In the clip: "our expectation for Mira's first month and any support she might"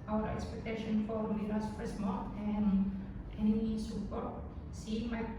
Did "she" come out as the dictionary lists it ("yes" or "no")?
no